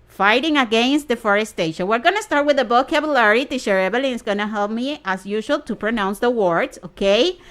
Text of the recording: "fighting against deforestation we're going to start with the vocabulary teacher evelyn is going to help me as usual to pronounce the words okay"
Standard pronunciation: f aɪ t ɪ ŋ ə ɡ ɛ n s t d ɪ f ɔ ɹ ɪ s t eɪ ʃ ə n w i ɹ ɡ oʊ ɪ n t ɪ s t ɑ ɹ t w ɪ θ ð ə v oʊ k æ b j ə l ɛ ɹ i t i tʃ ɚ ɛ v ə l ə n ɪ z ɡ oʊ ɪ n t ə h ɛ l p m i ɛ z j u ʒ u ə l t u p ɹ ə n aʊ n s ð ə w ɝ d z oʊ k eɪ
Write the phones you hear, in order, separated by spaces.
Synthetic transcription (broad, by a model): f aɪ t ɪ ŋ ə ɡ ɛ n s t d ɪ f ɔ ɹ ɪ s t eɪ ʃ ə n w i ɹ ɡ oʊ n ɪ s t ɑ ɹ t w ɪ ð ə b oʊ k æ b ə l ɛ ɹ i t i ʃ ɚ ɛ b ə l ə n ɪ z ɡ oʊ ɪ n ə h ɛ l p m i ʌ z j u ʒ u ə l t u p ɹ ə n aʊ n s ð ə w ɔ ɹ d oʊ k eɪ